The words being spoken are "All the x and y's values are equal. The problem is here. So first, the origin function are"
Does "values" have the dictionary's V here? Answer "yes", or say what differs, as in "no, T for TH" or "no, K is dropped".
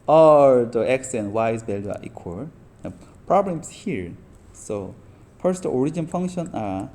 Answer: no, B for V